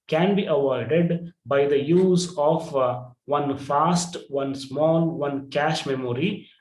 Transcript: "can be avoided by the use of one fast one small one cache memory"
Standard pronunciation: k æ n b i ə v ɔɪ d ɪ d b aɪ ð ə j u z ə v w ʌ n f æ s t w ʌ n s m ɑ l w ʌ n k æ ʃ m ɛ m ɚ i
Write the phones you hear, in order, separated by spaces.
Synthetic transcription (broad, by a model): k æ n b i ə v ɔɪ d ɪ d b aɪ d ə j u z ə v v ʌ n f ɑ s t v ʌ n s m ɑ l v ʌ n k æ ʃ m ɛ m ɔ i